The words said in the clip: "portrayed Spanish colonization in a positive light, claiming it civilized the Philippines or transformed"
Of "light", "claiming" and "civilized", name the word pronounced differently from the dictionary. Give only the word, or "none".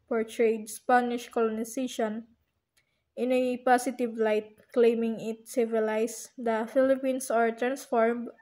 civilized